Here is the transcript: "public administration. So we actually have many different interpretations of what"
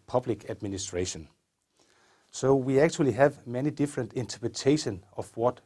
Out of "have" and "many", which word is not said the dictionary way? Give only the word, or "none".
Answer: none